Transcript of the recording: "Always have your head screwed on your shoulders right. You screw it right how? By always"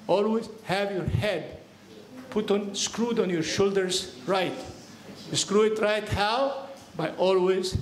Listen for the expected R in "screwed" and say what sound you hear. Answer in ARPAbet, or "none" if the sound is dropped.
R